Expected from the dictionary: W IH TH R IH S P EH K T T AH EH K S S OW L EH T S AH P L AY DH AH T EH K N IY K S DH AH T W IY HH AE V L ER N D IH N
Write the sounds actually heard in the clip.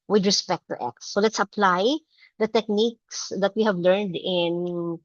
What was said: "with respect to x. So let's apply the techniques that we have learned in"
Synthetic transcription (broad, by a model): W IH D R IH S P EH K T T EH K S S OW L EH T S AH P L AY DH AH T EH K N IY K S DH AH T W IY HH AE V L ER N D IH N